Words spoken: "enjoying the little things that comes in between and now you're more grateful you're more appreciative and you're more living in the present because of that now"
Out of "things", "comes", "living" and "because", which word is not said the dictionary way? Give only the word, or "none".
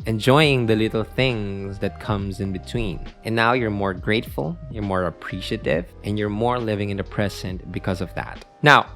none